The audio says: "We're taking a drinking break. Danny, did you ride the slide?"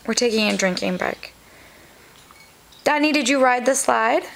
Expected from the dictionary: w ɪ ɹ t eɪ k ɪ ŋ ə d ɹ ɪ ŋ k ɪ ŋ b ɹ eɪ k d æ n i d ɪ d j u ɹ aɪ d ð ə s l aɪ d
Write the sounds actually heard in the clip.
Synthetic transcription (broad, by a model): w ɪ ɹ t eɪ k ɪ ŋ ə d ɹ ɪ ŋ k ɪ ŋ b æ k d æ n i d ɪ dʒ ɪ ɹ aɪ d ð ə s l aɪ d